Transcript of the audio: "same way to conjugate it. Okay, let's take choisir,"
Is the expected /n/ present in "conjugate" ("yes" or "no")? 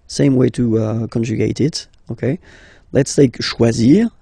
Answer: yes